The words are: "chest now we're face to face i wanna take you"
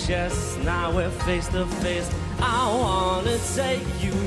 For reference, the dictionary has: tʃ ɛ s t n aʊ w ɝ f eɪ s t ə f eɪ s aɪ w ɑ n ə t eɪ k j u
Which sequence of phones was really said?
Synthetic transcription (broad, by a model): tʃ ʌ s n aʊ w ɝ f eɪ s t ə f eɪ s aɪ w ɑ n ə s eɪ j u